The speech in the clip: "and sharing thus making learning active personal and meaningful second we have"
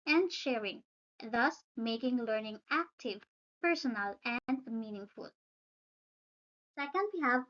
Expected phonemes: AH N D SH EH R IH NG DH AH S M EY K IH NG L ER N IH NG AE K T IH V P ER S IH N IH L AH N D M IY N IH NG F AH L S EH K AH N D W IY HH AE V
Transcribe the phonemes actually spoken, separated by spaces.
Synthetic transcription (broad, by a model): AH N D SH EH R IH NG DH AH S M EY K IH NG L ER N IH NG AE K T IH V P ER S IH N IH L AH N D M IY N IH NG F AH L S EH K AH N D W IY HH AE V